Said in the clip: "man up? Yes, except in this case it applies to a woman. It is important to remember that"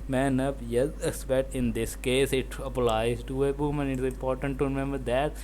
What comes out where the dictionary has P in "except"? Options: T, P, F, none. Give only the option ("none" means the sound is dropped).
none